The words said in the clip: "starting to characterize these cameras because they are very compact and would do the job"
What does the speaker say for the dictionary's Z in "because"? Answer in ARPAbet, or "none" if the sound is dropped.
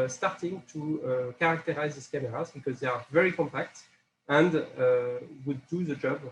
Z